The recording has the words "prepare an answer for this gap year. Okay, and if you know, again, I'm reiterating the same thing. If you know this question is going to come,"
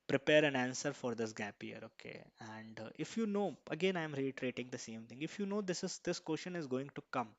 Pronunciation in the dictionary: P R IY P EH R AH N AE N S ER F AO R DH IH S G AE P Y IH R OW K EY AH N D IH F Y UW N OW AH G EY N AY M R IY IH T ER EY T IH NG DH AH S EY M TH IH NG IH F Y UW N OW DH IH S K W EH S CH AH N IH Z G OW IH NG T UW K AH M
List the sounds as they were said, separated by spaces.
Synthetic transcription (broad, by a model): P R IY P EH R AH N AE N S ER F AO R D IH S G AE P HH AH R OW K EY AH N D IH F Y UW N OW AH G EY N AY M R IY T T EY T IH NG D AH S EY M T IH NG IH F Y UW N OW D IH S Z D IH S SH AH N IH Z G OW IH NG T UW K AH M